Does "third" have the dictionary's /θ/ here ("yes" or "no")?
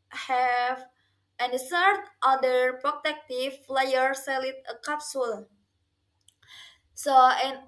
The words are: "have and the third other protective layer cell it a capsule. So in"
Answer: no